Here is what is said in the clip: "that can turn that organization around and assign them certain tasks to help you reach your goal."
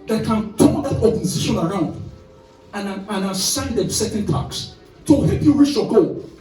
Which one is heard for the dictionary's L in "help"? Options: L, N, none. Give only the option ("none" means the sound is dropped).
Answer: none